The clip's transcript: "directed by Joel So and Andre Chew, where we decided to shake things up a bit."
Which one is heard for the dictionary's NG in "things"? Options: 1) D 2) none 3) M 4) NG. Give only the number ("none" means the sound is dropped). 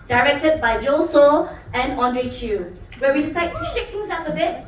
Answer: 2